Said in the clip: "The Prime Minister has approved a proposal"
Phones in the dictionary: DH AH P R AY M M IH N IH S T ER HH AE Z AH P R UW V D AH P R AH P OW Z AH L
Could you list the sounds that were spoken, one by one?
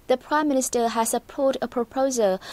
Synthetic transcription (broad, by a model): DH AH P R AY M M IH N IH S T ER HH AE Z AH P AO D AH P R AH P OW Z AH L